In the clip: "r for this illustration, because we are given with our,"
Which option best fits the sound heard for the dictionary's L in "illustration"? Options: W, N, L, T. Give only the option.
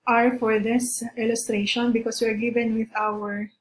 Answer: L